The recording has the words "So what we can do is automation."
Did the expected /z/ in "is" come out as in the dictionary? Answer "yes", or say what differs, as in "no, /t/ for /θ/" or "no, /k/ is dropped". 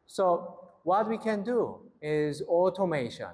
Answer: yes